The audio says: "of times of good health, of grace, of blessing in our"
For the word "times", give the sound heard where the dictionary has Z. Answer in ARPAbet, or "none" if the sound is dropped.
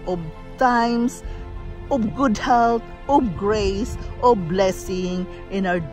S